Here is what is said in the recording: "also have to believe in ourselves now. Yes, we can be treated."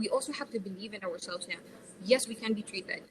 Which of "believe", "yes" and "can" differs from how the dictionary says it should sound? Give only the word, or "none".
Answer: none